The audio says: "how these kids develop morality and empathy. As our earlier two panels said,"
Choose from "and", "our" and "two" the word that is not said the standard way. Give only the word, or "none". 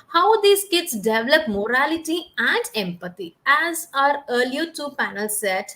none